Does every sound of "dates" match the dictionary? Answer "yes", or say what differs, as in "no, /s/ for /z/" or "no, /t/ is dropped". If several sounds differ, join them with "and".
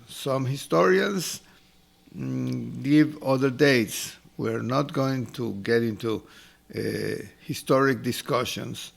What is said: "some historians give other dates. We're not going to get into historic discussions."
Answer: yes